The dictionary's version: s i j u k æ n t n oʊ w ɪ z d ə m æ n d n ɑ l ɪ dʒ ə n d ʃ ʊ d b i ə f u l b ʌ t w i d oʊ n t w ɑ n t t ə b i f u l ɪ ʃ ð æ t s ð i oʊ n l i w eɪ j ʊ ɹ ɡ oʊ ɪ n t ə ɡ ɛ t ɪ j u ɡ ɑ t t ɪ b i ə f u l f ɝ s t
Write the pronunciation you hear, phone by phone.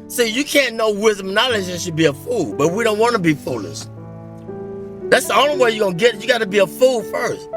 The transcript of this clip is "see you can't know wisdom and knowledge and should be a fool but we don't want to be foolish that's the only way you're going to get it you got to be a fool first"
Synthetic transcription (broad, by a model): s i j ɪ k æ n n oʊ w ɪ z d ə m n n ɑ l ɪ dʒ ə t ʃ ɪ d b i ə f u l b ʌ t w i d oʊ n t w ɑ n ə b i f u l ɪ s ð æ t s ð i oʊ n l i w eɪ j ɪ ɡ oʊ ɪ n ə ɡ ɛ t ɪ j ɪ ɡ ɑ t t ɪ b i ə f u l f ɝ s t